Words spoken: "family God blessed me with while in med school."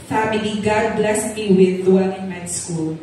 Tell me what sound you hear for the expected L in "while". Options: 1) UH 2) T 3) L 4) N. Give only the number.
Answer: 4